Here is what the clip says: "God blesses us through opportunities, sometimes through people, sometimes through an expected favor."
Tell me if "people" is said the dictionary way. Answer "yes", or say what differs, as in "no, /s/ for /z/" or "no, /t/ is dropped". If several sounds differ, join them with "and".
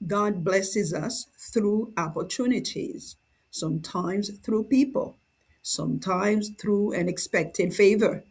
yes